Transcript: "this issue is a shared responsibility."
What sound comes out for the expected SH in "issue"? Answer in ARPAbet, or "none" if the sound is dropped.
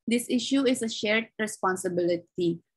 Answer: SH